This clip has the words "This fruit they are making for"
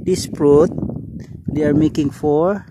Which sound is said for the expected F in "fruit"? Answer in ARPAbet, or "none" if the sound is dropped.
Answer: P